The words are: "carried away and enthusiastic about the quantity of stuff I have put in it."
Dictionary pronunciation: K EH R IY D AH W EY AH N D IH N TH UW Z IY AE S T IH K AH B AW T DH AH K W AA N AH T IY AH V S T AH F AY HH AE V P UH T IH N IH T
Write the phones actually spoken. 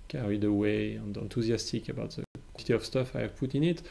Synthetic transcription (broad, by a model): K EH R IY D AH W EY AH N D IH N T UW Z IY S T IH K AH B AW T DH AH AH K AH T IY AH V S T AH F AY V P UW T IH N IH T